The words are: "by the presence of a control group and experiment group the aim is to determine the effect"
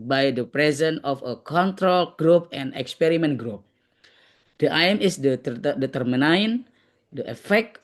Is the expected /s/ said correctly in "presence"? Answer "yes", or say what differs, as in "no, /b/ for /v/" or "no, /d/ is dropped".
no, /s/ is dropped